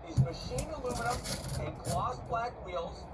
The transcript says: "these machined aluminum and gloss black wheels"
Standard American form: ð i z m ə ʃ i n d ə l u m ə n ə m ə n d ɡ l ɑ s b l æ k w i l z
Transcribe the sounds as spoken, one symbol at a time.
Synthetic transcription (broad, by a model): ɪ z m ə ʃ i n ə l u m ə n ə ə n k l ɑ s b l æ k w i l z